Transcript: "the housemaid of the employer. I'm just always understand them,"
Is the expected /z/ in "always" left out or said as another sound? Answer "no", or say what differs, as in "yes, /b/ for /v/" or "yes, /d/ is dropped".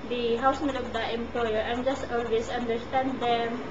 yes, /s/ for /z/